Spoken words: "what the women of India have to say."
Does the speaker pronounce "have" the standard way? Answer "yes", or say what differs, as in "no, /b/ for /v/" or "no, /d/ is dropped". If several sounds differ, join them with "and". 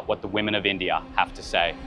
no, /f/ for /v/